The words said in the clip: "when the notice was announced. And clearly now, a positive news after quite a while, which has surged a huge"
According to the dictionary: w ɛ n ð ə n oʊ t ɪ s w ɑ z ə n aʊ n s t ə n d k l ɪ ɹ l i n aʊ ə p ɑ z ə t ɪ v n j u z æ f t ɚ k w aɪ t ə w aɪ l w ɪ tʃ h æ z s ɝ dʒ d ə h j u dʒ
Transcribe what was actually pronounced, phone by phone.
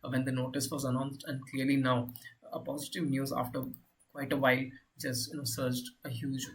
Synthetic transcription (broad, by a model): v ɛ n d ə n oʊ t ɪ s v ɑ z ə n aʊ n s t ə n d k l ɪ ɹ l i n aʊ ə p ɑ z ə t ɪ v n j u z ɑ f t ɚ k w aɪ t ə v aɪ l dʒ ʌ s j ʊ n s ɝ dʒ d ə h j u dʒ